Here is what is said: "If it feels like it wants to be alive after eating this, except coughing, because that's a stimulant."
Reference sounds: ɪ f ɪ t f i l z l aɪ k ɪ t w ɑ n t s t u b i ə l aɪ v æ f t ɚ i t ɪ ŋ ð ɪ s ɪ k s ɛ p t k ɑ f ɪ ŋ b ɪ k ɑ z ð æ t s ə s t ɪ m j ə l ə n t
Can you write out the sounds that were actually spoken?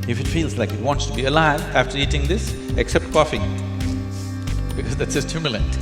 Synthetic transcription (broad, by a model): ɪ f ɪ t f i l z l aɪ k ɪ t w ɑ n t s t u b i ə l aɪ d æ f t ɚ i t ɪ ŋ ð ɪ s ɪ k s ɛ p t k ɑ f ɪ ŋ b ɪ k ɑ z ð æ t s ə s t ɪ m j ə l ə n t